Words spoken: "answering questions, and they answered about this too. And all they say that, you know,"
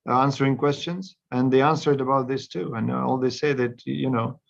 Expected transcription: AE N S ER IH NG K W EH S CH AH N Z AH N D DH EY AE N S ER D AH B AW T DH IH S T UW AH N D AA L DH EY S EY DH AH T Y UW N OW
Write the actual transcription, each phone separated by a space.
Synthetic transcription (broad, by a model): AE N S ER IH NG K W EH S CH AH N Z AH N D DH EY AE N S ER D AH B AW T DH IH S T UW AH N AA L DH EY S EY DH AH T Y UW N OW